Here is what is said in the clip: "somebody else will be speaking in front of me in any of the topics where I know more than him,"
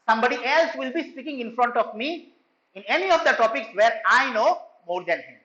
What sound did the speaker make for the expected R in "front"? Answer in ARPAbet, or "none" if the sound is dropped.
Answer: R